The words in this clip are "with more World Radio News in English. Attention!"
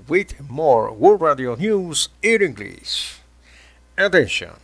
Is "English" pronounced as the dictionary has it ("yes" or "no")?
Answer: no